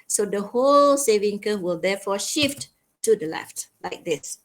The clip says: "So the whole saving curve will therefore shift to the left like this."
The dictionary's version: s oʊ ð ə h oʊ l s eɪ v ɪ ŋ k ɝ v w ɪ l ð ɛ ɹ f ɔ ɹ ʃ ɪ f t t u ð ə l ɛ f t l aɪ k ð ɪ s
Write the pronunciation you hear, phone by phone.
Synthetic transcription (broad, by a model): s oʊ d ə h oʊ l s eɪ v ɪ ŋ k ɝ w ɪ l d ɛ f ɔ ʃ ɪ f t t u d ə l ɛ f t l aɪ k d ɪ s